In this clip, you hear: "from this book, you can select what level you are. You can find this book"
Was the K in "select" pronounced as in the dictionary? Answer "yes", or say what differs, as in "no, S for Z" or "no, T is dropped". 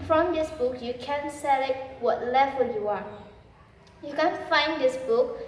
no, K is dropped